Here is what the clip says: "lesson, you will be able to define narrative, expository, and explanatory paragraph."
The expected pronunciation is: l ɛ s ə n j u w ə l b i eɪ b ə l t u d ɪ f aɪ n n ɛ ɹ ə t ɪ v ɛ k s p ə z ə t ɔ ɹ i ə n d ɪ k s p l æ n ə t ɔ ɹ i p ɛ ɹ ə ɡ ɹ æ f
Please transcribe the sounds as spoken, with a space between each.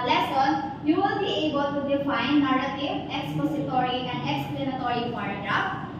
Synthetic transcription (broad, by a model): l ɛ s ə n j u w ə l b i eɪ b ə l t u d ɪ f aɪ n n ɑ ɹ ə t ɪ ɛ k s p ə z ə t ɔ ɹ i ə n d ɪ k s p l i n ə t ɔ ɹ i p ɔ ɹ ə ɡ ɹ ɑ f